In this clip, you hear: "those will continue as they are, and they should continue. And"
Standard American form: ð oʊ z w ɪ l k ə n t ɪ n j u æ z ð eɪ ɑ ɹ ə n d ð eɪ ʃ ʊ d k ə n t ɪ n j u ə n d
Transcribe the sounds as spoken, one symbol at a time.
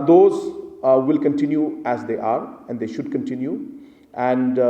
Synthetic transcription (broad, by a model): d oʊ z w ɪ l k ə n t ɪ n j u æ z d eɪ ɑ ɹ ə n d eɪ ʃ ʊ d k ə n t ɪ n j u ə n d